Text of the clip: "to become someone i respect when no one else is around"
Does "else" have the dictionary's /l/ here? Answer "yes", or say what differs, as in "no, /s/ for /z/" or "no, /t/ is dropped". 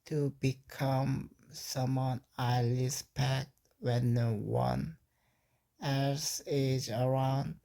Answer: no, /l/ is dropped